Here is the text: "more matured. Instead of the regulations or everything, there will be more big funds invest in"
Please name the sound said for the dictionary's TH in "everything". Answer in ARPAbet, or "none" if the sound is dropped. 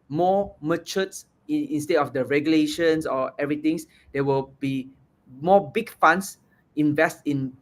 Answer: T